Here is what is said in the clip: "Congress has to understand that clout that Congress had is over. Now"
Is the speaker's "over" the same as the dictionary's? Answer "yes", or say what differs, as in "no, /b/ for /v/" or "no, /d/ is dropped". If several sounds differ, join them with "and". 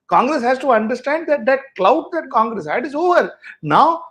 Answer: yes